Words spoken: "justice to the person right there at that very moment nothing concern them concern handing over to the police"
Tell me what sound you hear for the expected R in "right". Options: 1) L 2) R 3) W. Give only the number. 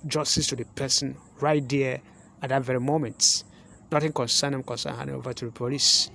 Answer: 2